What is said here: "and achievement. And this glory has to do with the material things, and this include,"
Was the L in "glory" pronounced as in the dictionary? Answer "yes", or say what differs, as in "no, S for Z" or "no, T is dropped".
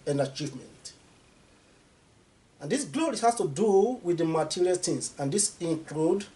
yes